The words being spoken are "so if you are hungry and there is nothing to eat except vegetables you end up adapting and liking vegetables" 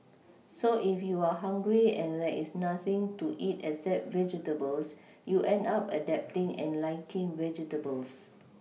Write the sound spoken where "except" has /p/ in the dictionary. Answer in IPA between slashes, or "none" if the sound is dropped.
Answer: none